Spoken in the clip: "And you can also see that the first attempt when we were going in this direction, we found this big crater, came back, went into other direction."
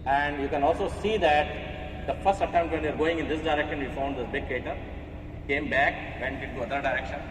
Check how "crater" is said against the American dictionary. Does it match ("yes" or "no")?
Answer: no